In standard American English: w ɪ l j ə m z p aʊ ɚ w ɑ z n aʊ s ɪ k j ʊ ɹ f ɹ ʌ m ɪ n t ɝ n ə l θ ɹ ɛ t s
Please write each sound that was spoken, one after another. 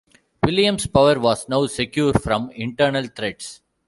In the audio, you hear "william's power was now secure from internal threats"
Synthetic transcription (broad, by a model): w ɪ l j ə m s p aʊ ɚ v ɑ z n aʊ s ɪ k j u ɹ f ɹ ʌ m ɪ n t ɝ n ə l t ɹ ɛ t s